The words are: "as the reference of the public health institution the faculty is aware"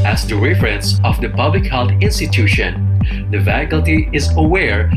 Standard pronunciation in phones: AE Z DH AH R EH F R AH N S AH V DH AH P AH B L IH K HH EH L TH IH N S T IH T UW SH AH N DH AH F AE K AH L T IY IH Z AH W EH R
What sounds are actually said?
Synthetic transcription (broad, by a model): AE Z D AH R EH F R AH N S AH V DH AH P AH B L IH K HH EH L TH IH N S T IH T UW SH AH N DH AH F AE K AH L T IY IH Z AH W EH R